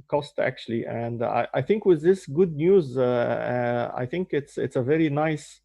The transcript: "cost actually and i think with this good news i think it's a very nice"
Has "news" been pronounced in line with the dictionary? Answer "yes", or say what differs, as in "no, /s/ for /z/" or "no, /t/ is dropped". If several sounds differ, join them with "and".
yes